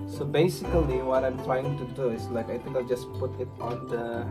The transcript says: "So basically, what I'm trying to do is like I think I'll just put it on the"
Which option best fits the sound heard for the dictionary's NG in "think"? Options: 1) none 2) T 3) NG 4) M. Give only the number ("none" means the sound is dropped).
1